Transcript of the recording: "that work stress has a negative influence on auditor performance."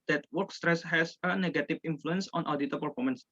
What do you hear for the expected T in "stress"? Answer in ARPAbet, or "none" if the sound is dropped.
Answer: T